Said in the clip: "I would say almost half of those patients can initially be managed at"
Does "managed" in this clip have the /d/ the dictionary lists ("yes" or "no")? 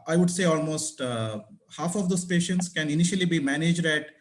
yes